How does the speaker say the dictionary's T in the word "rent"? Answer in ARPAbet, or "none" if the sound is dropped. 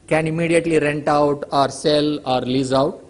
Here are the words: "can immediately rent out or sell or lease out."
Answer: T